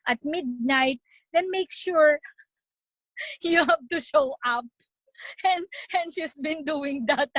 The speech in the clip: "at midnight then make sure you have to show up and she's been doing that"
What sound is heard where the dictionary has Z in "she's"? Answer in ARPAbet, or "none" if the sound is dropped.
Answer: S